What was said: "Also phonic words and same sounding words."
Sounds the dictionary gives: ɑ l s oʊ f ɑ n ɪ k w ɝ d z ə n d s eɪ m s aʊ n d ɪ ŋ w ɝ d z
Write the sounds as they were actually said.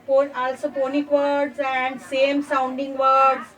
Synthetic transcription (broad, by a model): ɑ l s oʊ p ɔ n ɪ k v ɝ d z ə n d s eɪ m s aʊ n d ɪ ŋ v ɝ d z